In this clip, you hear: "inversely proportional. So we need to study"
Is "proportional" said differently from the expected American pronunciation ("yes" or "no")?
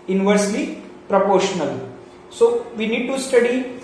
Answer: no